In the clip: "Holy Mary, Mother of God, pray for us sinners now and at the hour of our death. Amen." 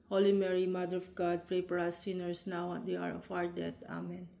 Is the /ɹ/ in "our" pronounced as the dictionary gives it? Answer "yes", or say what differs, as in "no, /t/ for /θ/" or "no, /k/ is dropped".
yes